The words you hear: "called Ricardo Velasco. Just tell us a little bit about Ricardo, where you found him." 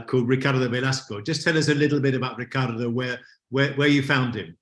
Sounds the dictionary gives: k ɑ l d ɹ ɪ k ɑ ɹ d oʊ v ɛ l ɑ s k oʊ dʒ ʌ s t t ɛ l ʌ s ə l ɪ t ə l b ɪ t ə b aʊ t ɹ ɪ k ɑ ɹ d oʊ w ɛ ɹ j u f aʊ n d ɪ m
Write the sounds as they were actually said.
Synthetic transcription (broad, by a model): k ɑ l d ɹ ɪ k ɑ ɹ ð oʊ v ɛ l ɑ s k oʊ dʒ ʌ s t t ɛ l ʌ s ə l ɪ t l b ɪ t ə b aʊ t ɹ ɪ k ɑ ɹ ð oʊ w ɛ w j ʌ f aʊ n d ɪ m